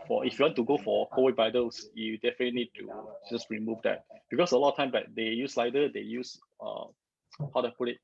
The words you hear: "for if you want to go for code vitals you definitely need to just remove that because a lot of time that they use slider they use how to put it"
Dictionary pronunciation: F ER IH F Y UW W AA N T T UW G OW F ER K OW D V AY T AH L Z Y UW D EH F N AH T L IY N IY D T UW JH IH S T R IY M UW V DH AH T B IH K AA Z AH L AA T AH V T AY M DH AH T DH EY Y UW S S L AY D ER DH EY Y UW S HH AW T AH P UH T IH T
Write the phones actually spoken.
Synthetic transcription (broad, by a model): F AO IH F Y UW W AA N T T UW G OW F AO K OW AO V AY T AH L S Y UW D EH F AH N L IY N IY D T UW JH IH S T R IY M UW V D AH T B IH K AA S AH L AA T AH T AY M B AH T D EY Y UW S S L AY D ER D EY Y UW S HH AW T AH P UH T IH T